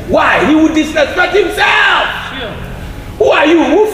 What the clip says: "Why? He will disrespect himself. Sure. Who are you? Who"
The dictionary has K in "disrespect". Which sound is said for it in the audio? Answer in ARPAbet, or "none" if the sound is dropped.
none